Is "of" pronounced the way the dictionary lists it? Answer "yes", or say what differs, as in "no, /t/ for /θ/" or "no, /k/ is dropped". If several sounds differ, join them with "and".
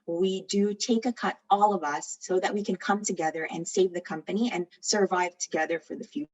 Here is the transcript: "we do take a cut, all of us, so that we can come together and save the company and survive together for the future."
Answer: yes